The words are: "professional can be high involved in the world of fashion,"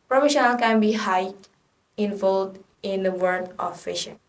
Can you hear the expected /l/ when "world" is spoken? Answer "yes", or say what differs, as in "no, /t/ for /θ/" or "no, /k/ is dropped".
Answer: no, /l/ is dropped